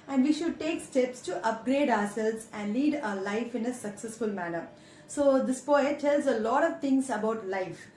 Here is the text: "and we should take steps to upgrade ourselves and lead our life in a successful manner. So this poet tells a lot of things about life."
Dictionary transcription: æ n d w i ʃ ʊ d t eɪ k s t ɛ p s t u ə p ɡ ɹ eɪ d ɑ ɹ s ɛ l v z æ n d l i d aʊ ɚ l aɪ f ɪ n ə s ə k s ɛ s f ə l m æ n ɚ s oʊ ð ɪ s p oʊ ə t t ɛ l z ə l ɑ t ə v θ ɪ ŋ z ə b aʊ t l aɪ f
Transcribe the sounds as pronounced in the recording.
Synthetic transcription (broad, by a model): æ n d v i ʃ ʊ d t eɪ k s t ɛ p s t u ə p ɡ ɹ eɪ d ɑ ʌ s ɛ l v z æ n d l i d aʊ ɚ l aɪ f ɪ n ə s ə k s ɛ s f ə l m æ n ɚ s oʊ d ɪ s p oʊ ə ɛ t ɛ l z ə l ɑ t ə v t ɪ ŋ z ə b aʊ t l aɪ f